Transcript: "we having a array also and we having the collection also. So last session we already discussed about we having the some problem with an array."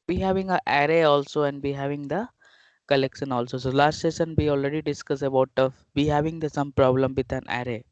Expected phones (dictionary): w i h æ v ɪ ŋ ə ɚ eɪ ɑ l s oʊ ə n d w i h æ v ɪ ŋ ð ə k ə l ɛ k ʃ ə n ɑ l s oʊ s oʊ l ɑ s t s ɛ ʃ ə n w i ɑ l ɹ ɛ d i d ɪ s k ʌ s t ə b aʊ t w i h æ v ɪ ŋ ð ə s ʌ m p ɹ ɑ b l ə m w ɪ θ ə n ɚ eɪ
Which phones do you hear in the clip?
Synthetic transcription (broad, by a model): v i h æ v ɪ ŋ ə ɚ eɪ ɑ l s oʊ ə n d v i h æ v ɪ ŋ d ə k ə l ɛ k ʃ ə n ɑ l s oʊ s oʊ l ɑ s t s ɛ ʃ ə n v i ɑ l ɹ ɛ d i d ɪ s k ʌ s ə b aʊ t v i h æ v ɪ ŋ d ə s ʌ m p ɹ ɑ b l ə m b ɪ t ə n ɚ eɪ